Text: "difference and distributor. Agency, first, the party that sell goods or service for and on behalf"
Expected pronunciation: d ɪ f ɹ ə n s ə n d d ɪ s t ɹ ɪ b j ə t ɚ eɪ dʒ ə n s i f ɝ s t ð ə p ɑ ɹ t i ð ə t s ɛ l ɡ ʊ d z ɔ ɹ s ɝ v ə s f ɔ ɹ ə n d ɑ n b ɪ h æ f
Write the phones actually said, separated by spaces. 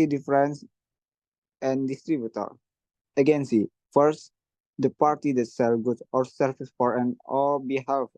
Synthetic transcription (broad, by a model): d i f ɹ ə n s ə n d d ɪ s t ɹ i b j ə t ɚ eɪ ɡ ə n s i f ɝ s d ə p ɑ ɹ t i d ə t s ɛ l ɡ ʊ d ɔ ɹ s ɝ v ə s f ɔ ɹ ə n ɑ l b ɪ h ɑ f